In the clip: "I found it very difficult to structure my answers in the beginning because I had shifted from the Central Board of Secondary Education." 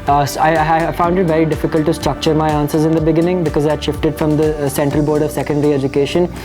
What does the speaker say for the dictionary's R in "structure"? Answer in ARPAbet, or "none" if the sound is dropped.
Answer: R